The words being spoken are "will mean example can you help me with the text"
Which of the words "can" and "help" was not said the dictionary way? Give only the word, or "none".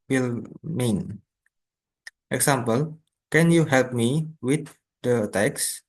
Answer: none